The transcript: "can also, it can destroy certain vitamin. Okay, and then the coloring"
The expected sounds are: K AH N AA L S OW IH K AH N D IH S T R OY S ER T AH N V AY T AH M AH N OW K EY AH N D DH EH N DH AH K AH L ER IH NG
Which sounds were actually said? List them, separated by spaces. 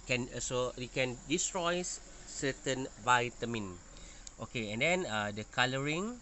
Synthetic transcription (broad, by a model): K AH N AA S OW IH K AH N D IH S T R OY S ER T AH N V AY T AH M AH N OW K EY AH N D EH N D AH K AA L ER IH NG